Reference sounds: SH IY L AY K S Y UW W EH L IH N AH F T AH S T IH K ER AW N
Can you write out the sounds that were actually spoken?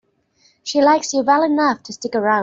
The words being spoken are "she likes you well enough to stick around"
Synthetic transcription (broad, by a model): SH IY L AY K S Y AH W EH L IH N AH F T AH S T IH K ER AW